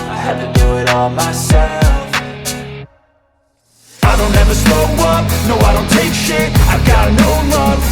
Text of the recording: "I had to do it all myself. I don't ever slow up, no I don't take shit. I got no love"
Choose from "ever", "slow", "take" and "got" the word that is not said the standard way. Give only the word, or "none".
slow